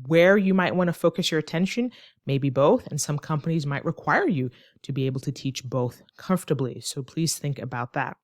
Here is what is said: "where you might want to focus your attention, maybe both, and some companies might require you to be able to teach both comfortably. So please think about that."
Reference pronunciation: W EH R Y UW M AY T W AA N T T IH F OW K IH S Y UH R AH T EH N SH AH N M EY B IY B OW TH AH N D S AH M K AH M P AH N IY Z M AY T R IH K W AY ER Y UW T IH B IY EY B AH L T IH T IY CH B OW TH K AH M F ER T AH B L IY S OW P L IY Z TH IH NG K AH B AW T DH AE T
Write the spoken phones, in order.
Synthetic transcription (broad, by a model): W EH R Y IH M AY T W AA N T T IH F OW K IH S Y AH R AH T EH N SH AH N M EY B IY B OW TH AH N S AH M K AH M P AH N IY Z M AY T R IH K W AY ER Y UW T IH B IY EY B L T IH T IY CH B OW TH K AH M F T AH B L IY S OW P L IY Z TH IH NG K AH B AW T DH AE T